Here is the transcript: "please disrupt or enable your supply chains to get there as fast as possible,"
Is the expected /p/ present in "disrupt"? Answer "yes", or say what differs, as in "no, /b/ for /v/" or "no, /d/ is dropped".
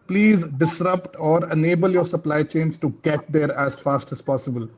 yes